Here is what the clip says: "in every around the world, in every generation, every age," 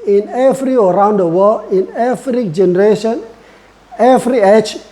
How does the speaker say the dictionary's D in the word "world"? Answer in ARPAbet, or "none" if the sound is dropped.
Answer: none